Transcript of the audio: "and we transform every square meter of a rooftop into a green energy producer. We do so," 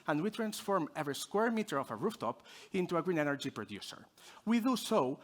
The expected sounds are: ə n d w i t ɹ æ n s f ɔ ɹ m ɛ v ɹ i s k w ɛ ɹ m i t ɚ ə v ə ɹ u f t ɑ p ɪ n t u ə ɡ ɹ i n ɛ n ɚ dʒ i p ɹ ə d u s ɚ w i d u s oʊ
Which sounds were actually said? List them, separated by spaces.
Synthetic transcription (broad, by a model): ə n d w i t ɹ æ n s f ɔ ɹ m ɛ v ɹ i s k w ɛ ɹ m i t ɚ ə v ə ɹ u f t ɑ p ɪ n t u ə ɡ ɹ i n ɛ n ɚ dʒ i p ɹ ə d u s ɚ w i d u s oʊ